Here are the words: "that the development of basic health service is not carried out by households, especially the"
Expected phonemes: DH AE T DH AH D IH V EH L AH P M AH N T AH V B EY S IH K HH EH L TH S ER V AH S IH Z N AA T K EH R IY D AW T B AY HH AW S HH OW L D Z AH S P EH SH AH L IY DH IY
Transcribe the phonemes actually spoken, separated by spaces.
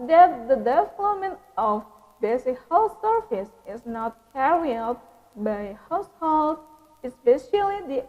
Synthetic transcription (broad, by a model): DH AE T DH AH D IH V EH L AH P M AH N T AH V B EY S IH K HH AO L S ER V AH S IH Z N AA T K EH R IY AW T B AY HH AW S HH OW L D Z AH S P EH SH AH L IY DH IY